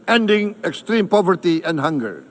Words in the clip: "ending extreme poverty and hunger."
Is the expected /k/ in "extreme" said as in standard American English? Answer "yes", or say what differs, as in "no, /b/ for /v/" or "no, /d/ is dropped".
yes